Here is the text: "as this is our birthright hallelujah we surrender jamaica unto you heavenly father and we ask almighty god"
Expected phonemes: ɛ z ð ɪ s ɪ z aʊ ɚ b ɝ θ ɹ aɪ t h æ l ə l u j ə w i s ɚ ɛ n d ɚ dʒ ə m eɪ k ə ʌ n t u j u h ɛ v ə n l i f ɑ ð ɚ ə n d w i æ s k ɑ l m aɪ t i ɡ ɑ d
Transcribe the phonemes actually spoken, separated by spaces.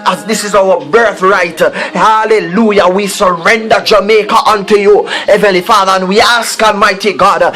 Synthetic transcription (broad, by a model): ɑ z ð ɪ s ɪ z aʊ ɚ b ɝ θ ɹ aɪ t h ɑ l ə l u j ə w i s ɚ ɛ n d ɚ dʒ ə m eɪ k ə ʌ n t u j u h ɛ v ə n l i f ɑ ð ɚ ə n w i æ s k ɑ l m aɪ t i ɡ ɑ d